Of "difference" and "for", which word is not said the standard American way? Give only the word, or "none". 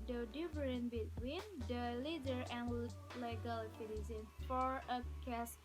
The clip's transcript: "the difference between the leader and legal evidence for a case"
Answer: difference